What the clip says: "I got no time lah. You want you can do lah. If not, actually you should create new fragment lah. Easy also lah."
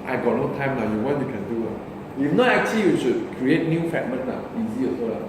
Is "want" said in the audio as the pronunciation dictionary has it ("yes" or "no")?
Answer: no